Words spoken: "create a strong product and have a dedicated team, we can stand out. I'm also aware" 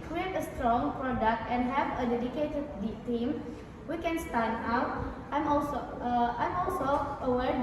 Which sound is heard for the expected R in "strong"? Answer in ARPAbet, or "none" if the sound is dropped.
R